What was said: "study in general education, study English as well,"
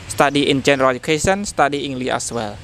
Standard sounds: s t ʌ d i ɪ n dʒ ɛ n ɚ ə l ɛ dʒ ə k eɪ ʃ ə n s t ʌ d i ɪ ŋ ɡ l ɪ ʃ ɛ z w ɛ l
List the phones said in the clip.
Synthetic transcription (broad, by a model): s t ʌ d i ɪ n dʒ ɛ n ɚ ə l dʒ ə k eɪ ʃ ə n s t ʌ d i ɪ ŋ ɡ l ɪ ɑ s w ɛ l